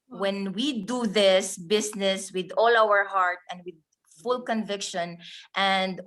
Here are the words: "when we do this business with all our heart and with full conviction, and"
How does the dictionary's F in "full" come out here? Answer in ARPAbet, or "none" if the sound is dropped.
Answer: F